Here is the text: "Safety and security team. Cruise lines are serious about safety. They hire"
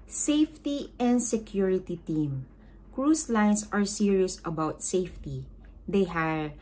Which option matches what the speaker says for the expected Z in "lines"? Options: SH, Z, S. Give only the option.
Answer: S